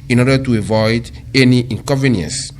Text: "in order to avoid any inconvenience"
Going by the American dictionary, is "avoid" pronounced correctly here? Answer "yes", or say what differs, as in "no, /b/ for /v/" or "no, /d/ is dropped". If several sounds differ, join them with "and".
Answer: yes